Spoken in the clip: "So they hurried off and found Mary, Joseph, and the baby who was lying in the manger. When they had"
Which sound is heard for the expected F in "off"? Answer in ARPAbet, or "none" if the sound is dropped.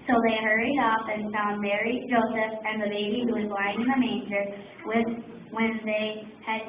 F